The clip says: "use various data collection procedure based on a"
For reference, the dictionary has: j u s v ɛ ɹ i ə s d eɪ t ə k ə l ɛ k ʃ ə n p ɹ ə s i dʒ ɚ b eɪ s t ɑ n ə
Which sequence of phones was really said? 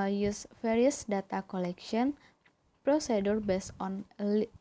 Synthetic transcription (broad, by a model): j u s f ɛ ɹ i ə s d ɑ t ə k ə l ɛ k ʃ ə n p ɹ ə s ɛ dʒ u b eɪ s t ɑ n